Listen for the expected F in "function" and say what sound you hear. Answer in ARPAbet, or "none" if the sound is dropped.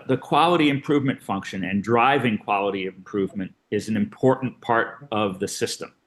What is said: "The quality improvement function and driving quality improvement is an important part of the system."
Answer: F